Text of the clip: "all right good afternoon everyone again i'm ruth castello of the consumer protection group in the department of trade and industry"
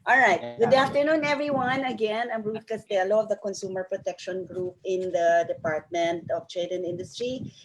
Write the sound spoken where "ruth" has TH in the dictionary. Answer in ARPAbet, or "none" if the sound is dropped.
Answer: T